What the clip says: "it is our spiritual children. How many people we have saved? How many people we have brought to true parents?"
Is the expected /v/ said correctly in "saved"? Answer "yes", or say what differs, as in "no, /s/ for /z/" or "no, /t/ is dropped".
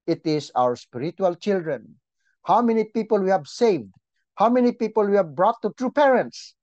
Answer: yes